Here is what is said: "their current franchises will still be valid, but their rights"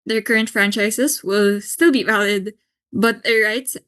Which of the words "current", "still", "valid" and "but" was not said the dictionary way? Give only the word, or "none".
none